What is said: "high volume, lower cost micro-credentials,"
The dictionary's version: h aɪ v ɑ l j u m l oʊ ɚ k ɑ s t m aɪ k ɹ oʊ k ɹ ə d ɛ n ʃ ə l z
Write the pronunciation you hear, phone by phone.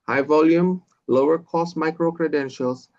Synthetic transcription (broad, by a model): h aɪ v ɑ l j u m l oʊ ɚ k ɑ s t m aɪ k ɹ oʊ k ɹ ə d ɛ n ʃ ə l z